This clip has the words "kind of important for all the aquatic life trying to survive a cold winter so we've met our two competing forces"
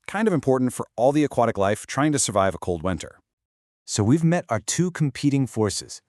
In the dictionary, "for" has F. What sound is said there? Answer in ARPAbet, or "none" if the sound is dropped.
F